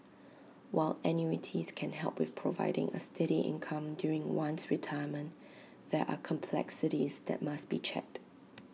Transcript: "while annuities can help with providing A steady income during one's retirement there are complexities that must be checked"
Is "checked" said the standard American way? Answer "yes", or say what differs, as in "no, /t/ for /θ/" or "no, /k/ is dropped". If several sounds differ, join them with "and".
yes